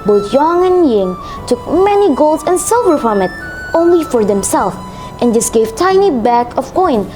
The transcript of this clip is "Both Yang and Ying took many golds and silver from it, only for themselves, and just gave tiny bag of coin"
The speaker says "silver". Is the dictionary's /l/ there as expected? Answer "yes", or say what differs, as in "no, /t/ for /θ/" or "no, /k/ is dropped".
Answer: yes